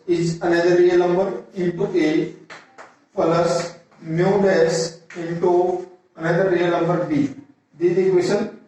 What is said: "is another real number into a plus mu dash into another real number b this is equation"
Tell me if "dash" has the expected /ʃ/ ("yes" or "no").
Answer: no